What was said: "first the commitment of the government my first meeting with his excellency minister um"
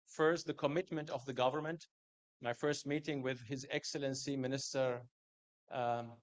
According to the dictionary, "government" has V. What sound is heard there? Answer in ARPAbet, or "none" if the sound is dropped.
V